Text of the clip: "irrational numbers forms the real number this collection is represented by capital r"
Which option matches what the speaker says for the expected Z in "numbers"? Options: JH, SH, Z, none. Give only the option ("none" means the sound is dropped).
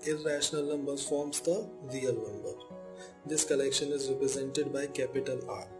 none